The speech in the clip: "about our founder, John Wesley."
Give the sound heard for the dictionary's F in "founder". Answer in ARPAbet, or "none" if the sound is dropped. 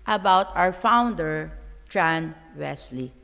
F